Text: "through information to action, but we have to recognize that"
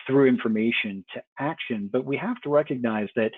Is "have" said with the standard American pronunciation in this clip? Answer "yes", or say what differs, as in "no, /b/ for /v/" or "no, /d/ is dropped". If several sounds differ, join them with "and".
no, /f/ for /v/